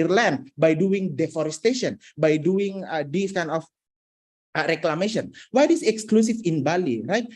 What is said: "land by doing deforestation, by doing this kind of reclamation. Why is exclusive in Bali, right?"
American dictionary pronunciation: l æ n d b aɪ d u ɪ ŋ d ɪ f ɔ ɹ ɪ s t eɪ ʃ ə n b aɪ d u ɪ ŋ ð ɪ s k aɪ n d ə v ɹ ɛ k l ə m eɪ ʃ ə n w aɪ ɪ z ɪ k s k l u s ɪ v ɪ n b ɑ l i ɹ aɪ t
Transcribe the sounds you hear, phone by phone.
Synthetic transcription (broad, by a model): l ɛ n b aɪ d u ɪ ŋ d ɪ f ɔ ɹ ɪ s t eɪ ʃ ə n b aɪ d u ɪ ŋ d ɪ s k aɪ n ə f ɹ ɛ k l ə m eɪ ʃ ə n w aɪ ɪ s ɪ k s k l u s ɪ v ɪ n b ɑ l i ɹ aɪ t